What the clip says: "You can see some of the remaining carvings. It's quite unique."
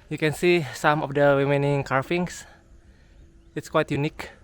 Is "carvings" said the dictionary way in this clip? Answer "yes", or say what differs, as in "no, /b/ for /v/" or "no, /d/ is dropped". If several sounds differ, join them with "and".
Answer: no, /f/ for /v/ and /s/ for /z/